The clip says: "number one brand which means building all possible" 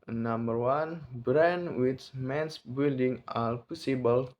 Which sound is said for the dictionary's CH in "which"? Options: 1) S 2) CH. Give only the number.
1